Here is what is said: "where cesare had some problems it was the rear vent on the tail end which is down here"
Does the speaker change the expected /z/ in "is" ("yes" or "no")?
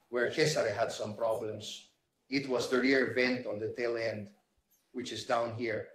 yes